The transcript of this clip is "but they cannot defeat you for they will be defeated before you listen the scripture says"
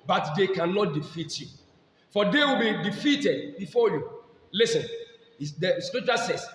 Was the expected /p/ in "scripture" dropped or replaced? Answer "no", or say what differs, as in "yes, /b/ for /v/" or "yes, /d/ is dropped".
yes, /p/ is dropped